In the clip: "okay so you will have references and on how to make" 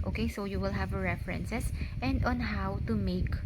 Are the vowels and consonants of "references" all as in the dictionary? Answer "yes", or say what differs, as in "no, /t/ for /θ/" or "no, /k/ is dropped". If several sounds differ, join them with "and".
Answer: no, /s/ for /z/